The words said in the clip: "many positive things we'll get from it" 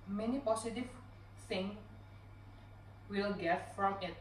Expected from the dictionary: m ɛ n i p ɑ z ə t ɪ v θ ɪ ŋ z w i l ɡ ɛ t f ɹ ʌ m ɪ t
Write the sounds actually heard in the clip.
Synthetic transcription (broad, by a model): m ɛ n i p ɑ s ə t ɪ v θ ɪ ŋ w i l ɡ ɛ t f ɹ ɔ m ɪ t